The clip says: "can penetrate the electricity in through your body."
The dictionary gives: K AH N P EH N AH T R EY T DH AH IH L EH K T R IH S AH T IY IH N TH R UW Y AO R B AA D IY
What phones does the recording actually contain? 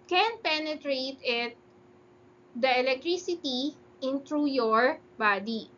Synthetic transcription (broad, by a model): K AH N P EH N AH T R EY T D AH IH L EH K T R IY S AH T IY IH N T R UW Y AO R B AA D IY